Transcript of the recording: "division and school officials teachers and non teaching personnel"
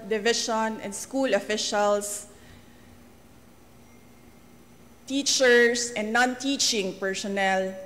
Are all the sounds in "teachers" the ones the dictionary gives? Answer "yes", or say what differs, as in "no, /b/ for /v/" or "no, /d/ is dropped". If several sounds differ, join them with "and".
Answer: no, /s/ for /z/